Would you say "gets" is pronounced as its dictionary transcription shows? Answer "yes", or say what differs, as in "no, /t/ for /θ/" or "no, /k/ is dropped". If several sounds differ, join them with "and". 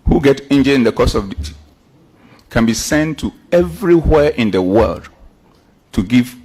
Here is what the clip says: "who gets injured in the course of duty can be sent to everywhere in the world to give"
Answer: no, /s/ is dropped